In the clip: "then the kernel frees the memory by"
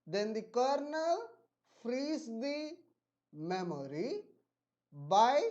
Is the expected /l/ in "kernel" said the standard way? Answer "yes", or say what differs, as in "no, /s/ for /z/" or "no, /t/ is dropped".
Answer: yes